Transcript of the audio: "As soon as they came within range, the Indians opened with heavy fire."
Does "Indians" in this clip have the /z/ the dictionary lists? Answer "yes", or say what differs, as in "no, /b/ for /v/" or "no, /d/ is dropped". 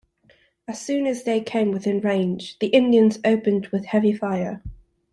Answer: yes